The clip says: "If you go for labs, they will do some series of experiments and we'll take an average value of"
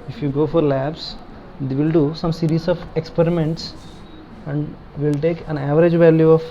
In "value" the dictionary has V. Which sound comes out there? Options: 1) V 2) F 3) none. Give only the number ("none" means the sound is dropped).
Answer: 1